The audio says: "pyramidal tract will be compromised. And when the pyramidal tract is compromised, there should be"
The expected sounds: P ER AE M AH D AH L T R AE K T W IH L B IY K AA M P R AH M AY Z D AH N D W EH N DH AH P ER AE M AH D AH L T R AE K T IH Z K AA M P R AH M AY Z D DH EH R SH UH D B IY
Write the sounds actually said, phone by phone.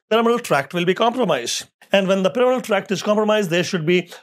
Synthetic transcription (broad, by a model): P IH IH M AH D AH L T R AE K T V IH L B IY K AA M P R AH M AY Z D AH N D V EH N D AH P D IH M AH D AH L T R AE K T IH Z K AA M P R AH M AY Z D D EH R SH UH D B IY